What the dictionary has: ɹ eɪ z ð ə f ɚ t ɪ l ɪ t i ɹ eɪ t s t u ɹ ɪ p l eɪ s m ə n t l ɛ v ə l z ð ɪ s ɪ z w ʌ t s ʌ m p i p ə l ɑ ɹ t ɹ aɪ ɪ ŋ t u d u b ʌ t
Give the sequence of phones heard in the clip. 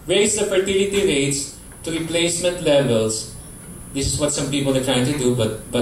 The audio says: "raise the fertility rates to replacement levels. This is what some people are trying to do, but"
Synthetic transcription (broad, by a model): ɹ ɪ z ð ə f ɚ t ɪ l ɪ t i ɹ eɪ t s t u ɹ ɪ p l eɪ s m ə n t l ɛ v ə l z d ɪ s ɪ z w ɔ t s ʌ m p i p ə l ɑ ɹ t ɹ aɪ ɪ ŋ t u d u b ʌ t